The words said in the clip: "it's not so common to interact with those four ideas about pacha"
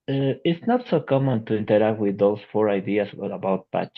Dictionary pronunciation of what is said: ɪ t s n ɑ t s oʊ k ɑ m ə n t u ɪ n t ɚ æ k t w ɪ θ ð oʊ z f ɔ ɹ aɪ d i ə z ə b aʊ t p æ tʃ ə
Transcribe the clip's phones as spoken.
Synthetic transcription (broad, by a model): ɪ t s n ɑ t s oʊ k ɑ m ə n t u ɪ n t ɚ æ k t w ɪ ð oʊ s f ɔ ɹ aɪ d i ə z ə b aʊ t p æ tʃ